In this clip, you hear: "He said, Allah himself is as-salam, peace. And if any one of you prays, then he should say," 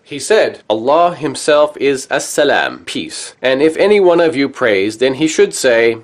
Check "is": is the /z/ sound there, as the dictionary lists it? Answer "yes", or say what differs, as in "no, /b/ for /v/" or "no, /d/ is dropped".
yes